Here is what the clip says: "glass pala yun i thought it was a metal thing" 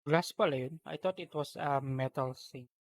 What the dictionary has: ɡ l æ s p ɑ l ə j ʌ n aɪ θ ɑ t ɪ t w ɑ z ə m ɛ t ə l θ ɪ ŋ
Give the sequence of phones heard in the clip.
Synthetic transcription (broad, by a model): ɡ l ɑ s p ɑ l ə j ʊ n aɪ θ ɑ t ɪ t w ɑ s ə m ɛ t ə l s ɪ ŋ